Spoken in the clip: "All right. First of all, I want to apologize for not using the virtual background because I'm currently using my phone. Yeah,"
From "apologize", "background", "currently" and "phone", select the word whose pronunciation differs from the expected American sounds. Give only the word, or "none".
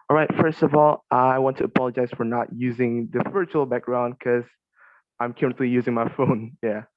none